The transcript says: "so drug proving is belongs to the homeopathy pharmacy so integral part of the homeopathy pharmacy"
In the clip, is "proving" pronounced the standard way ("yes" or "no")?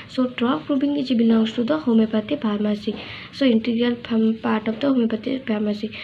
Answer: no